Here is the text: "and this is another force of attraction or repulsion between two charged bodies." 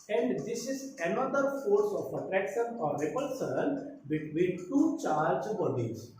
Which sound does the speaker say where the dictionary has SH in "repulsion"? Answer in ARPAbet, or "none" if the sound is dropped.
S